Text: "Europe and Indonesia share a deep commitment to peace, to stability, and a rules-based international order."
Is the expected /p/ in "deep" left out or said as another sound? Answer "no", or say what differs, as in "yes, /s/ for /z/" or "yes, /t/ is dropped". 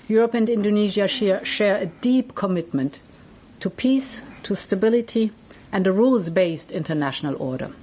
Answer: no